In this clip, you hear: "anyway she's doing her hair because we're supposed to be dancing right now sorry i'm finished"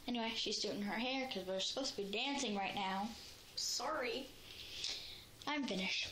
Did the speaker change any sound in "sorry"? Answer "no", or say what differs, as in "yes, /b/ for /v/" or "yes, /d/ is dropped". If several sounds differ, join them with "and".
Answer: no